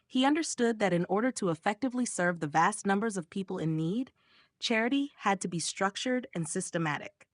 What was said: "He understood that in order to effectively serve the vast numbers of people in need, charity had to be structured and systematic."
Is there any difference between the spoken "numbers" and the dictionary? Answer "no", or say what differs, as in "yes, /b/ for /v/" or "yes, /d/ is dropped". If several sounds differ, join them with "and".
no